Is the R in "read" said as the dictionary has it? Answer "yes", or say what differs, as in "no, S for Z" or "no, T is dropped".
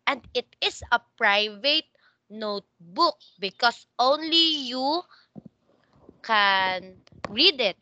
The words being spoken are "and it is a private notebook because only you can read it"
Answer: yes